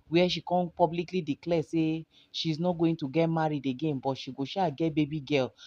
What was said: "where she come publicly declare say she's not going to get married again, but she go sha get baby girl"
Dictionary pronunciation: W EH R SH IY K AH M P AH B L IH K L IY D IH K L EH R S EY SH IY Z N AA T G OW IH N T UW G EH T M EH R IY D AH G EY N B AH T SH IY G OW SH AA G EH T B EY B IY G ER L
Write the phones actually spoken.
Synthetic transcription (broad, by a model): W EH SH IY K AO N P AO B L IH K L IY D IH K L EH S EY SH IY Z N AA T G OW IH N T UW G EH T M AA R IY D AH G EY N B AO T SH IY G OW SH AA G EH T B EY B IY G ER L